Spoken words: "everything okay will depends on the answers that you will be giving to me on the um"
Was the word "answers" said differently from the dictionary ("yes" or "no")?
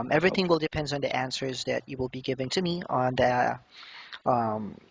no